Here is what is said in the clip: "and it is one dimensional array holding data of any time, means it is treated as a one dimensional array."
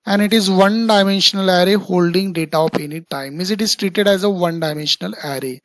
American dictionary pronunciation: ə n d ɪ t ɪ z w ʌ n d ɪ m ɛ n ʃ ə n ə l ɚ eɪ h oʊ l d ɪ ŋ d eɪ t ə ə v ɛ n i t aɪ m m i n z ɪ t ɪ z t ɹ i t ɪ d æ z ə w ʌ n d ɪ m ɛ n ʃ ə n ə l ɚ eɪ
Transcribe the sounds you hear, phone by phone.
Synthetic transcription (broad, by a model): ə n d ɪ t ɪ z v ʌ n d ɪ m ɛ n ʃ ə n ə l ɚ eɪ h oʊ l d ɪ ŋ d eɪ t ə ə p ɛ n i t aɪ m m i z ɪ t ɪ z t ɹ i t ɪ d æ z ə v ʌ n d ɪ m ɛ n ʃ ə n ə l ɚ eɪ